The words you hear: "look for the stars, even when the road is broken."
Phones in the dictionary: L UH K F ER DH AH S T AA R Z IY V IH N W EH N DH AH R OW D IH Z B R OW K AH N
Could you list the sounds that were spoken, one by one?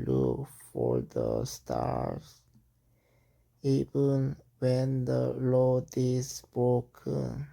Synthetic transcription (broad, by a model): L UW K F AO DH AH S T AA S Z IY V IH N W EH N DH AH L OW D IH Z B R OW K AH N